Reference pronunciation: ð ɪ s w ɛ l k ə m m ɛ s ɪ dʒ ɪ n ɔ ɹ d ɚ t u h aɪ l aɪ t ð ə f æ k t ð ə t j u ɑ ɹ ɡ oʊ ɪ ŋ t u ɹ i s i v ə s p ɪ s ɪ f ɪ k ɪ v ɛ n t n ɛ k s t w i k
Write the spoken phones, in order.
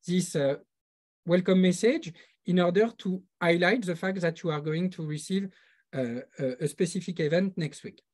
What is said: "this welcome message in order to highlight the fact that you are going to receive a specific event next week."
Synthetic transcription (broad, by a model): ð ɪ s w ɛ l k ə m m ɛ s ɪ dʒ ɪ n ɔ ɹ d ɚ t u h aɪ l aɪ t ð ə f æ k t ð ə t j u ɑ ɹ ɡ oʊ ɪ ŋ t u ɹ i s i v ə s p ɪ s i f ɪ k ɪ v ɛ n t n ɛ k s t w i k